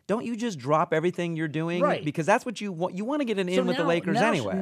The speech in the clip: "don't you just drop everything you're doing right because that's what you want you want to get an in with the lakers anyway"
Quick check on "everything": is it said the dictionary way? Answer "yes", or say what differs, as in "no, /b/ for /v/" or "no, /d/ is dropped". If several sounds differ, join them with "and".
yes